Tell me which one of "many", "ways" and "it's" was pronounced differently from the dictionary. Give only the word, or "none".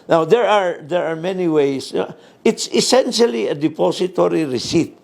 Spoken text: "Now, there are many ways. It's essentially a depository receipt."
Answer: ways